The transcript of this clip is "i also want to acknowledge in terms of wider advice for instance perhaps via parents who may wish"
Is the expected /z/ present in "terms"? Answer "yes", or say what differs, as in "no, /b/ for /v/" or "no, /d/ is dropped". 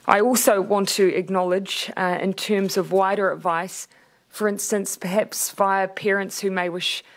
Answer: yes